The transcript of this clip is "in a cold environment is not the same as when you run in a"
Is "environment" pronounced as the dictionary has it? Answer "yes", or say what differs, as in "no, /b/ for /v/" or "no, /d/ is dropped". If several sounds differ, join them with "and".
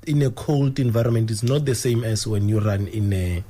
yes